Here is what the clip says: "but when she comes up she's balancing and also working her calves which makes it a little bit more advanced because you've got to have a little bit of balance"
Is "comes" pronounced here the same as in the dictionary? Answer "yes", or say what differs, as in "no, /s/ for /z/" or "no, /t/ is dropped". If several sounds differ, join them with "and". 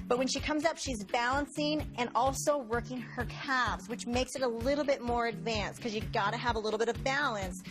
yes